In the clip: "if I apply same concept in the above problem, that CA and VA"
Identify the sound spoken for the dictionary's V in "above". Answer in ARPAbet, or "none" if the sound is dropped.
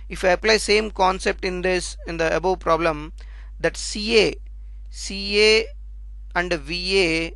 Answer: B